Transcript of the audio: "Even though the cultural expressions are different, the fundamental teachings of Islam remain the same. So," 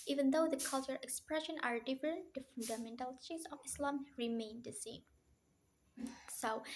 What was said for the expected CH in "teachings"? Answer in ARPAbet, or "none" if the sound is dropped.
S